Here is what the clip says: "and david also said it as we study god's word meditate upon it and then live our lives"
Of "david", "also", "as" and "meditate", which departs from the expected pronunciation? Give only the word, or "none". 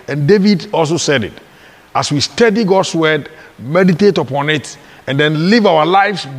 as